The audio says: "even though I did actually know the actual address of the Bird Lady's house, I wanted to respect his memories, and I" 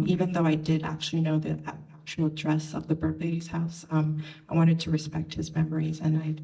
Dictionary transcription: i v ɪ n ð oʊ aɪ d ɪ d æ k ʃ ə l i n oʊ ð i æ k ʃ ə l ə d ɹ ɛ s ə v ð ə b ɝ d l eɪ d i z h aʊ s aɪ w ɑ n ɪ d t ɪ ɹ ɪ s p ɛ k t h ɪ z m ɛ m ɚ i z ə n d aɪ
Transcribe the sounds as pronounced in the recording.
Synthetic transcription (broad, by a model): i v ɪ n ð oʊ aɪ d ɪ d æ k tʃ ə l i n oʊ ð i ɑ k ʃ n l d ɹ ɛ s ə v ð ə b ɝ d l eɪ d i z h aʊ s aɪ w ɑ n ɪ d t ɪ ɹ ɪ s p ɛ k t h ɪ z m ɛ m ɚ i z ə n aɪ